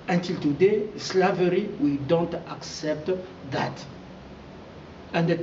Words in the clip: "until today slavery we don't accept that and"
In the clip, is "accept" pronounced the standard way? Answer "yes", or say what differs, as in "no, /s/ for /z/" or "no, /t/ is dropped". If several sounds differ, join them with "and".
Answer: yes